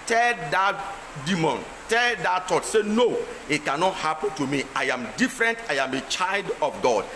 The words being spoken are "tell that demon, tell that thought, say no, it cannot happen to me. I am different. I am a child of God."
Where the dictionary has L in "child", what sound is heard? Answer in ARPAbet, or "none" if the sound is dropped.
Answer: L